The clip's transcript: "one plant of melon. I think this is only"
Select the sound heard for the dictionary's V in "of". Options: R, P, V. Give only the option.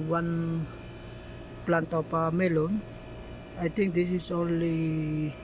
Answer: P